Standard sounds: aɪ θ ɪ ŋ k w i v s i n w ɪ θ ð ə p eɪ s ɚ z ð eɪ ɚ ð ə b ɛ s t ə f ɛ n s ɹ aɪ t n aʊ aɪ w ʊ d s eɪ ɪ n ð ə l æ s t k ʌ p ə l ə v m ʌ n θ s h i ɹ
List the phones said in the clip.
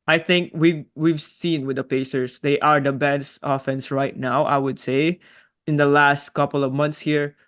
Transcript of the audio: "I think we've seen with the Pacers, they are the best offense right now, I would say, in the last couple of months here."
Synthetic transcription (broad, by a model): aɪ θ ɪ ŋ k w i v s i n w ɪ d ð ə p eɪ s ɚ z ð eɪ ɚ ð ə b ɛ s t ə f ɛ n s ɹ aɪ t n aʊ aɪ w ʊ d s eɪ ɪ n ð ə l æ s t k ʌ p ə l ə v m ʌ n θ s h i ɹ